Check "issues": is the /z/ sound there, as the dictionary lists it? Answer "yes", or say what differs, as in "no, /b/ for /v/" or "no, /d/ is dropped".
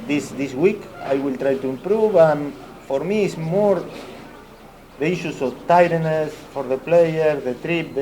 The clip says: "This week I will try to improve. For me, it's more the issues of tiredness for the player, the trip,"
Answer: no, /s/ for /z/